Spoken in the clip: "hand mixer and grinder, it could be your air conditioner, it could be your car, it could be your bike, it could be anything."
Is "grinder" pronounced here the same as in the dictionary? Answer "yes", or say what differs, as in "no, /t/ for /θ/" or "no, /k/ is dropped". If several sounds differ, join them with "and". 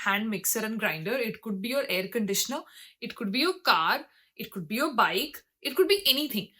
yes